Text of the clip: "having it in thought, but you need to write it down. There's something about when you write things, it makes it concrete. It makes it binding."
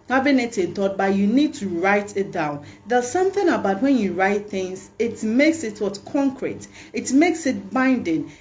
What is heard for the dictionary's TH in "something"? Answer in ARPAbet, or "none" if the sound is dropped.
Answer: TH